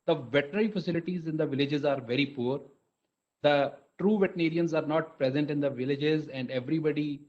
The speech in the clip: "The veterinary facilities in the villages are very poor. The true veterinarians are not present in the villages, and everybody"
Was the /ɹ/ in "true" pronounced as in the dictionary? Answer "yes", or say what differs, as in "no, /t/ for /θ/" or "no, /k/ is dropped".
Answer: yes